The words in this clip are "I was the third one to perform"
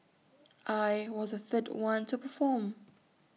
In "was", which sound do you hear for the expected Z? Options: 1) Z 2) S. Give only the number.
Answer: 1